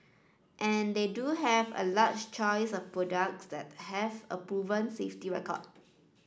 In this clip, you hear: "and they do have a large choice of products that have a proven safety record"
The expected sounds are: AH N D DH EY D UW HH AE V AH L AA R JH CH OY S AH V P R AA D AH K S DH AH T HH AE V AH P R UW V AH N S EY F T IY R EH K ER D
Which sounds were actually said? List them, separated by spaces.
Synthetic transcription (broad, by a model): AH N D EY D UW HH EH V AH L AA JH CH OY S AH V P R AA D AH K S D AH T HH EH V AH P R UW V AH N S EY F T IY R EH K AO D